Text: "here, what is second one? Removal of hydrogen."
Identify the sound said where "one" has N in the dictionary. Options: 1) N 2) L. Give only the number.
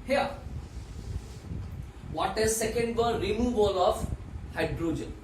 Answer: 2